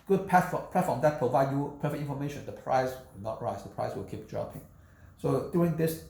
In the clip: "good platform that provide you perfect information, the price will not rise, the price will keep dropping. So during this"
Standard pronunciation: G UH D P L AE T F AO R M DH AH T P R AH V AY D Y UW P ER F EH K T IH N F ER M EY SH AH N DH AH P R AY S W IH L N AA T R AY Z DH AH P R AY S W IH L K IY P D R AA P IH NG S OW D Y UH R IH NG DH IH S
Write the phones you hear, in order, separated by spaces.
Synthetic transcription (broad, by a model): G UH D P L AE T F AO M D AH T P R AH V AY D Y UW P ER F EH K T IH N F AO M EY SH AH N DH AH P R AY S W IH L N AA T R AY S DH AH P R AY S W IH L K IY P D R AA P IH NG S OW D Y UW R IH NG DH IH S